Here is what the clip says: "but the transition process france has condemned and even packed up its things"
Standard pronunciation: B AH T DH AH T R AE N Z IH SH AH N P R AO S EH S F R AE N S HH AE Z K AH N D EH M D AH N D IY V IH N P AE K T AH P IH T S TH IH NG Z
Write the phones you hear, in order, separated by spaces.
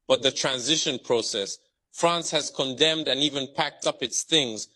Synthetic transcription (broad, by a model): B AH T DH AH T R AE N Z IH SH AH N P R AO S EH S F R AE N S HH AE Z K AH N D EH M D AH N IY V IH N P AE K T AH P IH T S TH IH NG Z